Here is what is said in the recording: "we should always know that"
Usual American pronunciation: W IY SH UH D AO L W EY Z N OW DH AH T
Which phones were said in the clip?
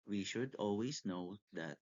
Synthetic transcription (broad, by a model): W IY SH UH D AO L W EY S N OW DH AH T